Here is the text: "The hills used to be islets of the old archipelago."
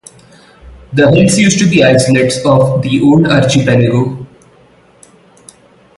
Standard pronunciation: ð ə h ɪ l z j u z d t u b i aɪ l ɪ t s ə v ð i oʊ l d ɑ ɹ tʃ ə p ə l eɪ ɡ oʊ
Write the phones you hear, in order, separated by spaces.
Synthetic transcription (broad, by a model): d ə h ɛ l s j u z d t u b i aɪ l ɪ t s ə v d i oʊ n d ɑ ɹ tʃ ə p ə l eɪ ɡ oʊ